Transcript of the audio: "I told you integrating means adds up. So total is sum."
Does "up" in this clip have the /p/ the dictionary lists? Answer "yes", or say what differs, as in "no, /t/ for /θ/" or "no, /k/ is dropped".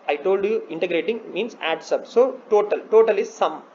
no, /b/ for /p/